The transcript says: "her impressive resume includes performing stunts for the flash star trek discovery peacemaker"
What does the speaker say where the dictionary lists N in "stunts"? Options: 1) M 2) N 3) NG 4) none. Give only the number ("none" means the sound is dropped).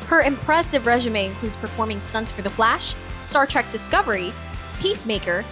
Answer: 2